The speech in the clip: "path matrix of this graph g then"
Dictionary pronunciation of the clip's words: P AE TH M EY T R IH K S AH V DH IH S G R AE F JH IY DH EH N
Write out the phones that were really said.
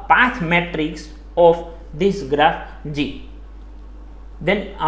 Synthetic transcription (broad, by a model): P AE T M EY T R IH K S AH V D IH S G R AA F JH IY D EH N